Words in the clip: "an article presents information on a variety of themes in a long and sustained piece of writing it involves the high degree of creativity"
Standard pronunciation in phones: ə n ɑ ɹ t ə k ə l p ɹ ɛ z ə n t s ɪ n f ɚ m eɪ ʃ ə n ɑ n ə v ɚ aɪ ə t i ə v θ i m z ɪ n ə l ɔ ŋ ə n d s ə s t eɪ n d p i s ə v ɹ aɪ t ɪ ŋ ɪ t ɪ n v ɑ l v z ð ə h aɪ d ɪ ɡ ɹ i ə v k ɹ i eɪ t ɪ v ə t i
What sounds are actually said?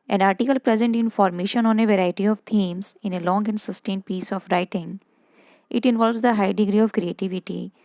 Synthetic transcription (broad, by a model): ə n ɑ ɹ t ə k ə l p ɹ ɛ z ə n t ɪ n f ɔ m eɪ ʃ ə n ɑ n ə v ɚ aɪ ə t i ə v t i m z ɪ n ə l ɔ ŋ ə n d s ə s t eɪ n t p i s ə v ɹ aɪ t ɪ ŋ ɪ t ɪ n v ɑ l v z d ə h aɪ d ɪ ɡ ɹ i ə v k ɹ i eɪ t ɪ v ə t i